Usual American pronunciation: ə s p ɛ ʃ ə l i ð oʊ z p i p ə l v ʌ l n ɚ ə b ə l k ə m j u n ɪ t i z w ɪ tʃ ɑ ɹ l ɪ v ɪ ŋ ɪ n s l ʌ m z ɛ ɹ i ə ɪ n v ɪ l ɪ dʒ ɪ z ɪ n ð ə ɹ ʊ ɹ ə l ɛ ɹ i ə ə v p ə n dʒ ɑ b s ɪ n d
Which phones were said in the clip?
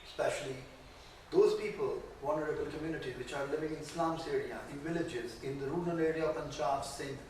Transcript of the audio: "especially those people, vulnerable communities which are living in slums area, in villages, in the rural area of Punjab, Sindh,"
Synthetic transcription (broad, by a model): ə s p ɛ ʃ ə l i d oʊ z p i p ə l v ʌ n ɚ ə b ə l k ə m j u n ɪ t i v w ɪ tʃ ɑ ɹ l ɪ v ɪ ŋ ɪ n s l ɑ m s ɛ ɹ i ə ɪ n v ɪ l ɪ dʒ ɪ z ɪ n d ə ɹ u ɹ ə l ɛ ɹ i ə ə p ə n tʃ ɑ s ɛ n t